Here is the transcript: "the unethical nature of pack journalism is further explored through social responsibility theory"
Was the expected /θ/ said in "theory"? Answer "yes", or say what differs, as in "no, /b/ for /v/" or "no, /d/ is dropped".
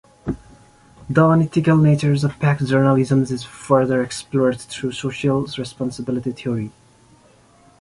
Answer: no, /t/ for /θ/